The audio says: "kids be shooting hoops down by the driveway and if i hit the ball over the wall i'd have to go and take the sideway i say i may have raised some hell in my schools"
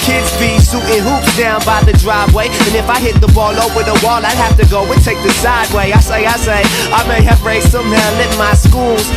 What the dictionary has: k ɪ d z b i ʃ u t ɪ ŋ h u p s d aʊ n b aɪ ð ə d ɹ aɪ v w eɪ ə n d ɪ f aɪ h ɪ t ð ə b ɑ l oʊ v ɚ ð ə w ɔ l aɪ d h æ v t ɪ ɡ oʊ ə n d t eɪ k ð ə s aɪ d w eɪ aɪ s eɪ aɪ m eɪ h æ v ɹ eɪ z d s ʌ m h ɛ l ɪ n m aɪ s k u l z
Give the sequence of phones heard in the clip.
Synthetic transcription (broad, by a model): k ɪ d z b i s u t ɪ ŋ h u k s d aʊ n b aɪ ð ə d ɹ aɪ v w eɪ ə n ɪ f aɪ h ɪ t ð ə b ɑ l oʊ w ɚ ð ə w ɔ l aɪ d h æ f t ɪ ɡ oʊ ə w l t eɪ k ð ə s aɪ d w eɪ aɪ s eɪ aɪ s eɪ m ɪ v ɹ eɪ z s ʌ m h ɛ l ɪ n m aɪ s k u l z